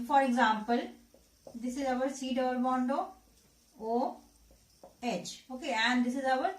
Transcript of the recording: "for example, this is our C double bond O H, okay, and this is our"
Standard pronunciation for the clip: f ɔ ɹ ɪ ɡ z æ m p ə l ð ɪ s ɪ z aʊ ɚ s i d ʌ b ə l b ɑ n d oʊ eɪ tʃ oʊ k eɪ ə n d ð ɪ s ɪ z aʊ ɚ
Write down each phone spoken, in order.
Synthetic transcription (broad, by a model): f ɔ ɹ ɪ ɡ z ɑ m p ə l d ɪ s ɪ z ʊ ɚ s i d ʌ ə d b ɑ n d oʊ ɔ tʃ oʊ k eɪ ə n d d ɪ s ɪ z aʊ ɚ